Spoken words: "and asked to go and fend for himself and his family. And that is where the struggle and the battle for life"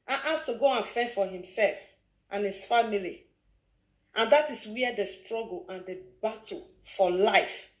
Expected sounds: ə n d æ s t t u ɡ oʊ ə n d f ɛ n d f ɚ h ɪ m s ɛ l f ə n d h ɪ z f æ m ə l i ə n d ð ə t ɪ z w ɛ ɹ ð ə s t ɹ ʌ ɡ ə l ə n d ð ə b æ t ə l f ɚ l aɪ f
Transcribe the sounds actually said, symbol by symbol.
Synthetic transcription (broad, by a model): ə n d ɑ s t t u ɡ oʊ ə n f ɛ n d f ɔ h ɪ m s ɛ l f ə n h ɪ s f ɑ m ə l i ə n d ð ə t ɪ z w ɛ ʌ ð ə s t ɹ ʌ ɡ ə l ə n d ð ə b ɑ t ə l f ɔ l aɪ f